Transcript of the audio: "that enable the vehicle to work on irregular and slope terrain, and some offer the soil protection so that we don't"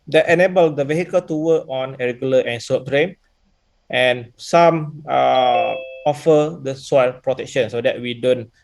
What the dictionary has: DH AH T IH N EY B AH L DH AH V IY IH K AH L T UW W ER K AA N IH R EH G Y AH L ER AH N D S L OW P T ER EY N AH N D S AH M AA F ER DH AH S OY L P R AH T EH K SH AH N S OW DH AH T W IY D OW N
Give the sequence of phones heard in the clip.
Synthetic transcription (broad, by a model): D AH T IH N EY B AH L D AH V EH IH K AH L T UW W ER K AA N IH R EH G Y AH L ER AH N S OW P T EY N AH N S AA M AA F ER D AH S OY L P R AH T EH K SH AH N S OW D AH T W IY D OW N